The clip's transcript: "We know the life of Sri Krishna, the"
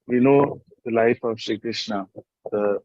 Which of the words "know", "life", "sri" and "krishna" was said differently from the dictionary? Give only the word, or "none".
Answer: sri